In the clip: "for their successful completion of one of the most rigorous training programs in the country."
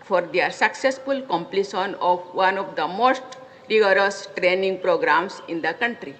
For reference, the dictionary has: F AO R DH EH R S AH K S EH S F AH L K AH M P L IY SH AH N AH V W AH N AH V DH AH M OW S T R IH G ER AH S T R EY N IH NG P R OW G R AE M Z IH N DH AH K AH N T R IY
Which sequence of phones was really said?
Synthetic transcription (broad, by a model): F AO R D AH R S AH K S EH S F AH L K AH M P L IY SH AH N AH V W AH N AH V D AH M OW S T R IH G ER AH S T R EY N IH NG P R OW G R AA M S IH N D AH K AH N T R IY